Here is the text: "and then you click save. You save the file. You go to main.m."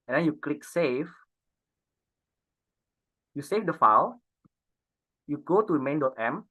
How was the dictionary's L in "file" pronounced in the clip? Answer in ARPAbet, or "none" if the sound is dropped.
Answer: W